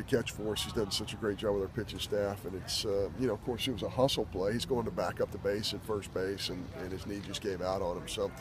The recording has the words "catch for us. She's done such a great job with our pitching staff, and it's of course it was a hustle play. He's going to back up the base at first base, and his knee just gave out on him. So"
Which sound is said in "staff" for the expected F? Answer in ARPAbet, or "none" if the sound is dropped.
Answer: F